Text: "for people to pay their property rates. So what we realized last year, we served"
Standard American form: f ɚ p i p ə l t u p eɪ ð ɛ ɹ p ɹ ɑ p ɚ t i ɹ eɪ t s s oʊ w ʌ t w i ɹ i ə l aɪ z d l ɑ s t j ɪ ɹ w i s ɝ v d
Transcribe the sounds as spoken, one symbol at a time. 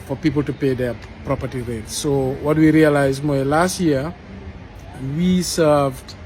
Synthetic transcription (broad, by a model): f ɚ p i p ə l t u p eɪ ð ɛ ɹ p ɹ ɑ p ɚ t i ɹ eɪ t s s oʊ w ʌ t w i ɹ i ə l aɪ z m l ɑ s t j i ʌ w i s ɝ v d